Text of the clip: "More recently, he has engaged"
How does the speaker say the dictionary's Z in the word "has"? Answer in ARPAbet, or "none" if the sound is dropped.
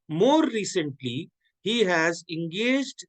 Z